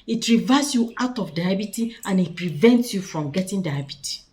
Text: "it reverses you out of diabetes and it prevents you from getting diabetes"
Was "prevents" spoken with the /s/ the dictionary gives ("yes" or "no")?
yes